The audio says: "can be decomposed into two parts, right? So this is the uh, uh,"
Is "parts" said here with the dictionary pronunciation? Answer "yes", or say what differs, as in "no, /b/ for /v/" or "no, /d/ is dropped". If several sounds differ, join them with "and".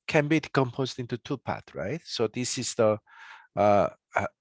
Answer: no, /s/ is dropped